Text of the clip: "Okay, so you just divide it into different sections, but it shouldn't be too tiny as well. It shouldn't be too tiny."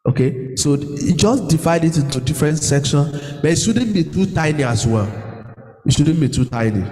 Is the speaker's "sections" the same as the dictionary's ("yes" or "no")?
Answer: no